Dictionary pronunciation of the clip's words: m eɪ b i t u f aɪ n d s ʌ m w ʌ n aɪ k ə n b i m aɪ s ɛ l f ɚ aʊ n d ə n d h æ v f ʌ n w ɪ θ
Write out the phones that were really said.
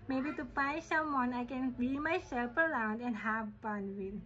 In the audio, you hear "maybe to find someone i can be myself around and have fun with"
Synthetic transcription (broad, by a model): m eɪ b i t u p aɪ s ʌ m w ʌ n aɪ k ə n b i m aɪ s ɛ l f ɚ aʊ n d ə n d h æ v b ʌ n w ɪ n